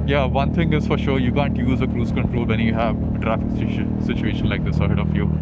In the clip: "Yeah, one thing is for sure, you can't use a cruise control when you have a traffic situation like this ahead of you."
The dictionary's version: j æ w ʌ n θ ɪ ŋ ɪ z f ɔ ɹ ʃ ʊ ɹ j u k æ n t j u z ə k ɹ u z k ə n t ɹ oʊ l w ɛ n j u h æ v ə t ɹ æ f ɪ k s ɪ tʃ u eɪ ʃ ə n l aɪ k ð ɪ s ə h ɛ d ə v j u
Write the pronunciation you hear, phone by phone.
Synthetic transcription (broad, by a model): j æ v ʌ n t ɪ ŋ ɪ z f ɔ ɹ ʃ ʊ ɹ j u k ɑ n t j u z ə k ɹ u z k ə n t ɹ oʊ l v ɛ n j u h æ v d ɹ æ f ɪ s ɪ tʃ u eɪ ʃ ə n l aɪ k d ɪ s ə h ɛ d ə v j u